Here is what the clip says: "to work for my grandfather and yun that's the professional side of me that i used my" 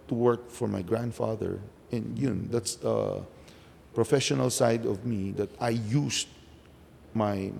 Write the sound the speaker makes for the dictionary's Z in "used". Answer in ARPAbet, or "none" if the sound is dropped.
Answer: S